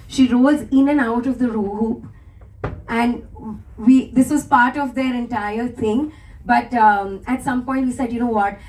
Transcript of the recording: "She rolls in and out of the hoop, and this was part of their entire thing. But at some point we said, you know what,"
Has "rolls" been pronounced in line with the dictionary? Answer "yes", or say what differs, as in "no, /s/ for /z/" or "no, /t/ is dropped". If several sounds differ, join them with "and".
no, /l/ is dropped